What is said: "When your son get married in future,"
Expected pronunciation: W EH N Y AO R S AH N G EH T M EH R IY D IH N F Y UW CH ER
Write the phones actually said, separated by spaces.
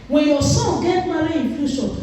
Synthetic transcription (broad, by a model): W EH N Y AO S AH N G EH T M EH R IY IH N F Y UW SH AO